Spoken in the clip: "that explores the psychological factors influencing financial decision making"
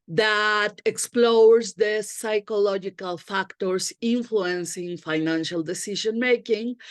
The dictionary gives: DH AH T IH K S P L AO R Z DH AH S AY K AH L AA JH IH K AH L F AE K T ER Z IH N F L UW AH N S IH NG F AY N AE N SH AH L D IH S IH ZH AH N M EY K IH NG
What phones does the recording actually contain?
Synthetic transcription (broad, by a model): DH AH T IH K S P L AO R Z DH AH S AY K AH L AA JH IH K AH L F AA K T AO S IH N F L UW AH N S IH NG F AY N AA N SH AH L D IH S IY SH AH N M EY K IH NG